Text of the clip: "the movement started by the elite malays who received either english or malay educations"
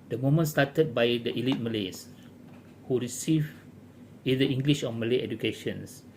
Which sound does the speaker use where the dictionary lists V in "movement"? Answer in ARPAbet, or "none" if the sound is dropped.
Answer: none